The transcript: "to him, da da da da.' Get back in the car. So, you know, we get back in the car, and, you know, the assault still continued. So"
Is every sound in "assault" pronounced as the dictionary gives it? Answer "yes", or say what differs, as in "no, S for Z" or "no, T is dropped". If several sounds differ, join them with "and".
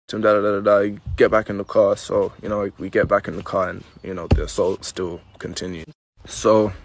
yes